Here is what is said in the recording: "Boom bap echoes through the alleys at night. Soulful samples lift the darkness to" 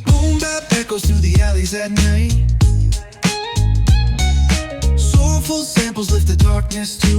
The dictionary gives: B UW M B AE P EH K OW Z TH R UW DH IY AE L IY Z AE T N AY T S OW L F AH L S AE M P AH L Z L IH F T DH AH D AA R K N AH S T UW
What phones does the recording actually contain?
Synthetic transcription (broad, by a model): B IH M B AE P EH K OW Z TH UW DH IY AE L IY Z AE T N AY T S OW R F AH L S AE M P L Z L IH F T DH AH D AA R K N AH S T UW